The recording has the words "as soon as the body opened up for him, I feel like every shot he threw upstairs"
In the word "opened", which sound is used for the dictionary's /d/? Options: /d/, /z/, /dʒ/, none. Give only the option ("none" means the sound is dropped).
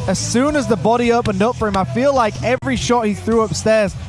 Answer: /d/